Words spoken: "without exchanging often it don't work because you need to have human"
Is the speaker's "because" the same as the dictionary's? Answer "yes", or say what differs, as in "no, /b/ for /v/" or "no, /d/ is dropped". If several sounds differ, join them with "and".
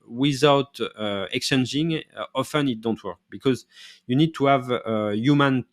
yes